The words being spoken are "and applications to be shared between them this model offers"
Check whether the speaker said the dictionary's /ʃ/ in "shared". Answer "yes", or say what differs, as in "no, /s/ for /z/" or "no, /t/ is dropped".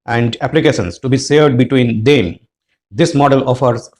no, /s/ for /ʃ/